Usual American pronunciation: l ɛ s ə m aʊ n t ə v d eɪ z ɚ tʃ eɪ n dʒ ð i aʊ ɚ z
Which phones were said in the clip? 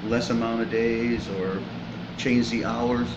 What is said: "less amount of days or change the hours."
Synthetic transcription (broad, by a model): l ɛ s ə m aʊ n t ə v d eɪ z ɚ tʃ eɪ n dʒ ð i aʊ ɚ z